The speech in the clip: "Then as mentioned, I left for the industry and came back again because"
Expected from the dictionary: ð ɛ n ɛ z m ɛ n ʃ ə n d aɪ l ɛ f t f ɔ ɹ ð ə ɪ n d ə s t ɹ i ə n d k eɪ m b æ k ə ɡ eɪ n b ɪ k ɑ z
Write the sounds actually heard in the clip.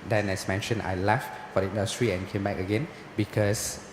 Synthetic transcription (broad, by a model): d ɛ n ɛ s m ɛ n ʃ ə n aɪ l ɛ f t f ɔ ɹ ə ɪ n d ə s t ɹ i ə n k eɪ m b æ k ə ɡ eɪ n b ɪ k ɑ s